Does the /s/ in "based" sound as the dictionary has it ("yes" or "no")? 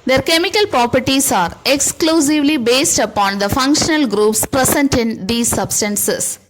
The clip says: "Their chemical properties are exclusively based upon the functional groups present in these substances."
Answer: yes